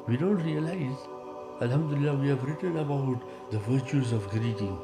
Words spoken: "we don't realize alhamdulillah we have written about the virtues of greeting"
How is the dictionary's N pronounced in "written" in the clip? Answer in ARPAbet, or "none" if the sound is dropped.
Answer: N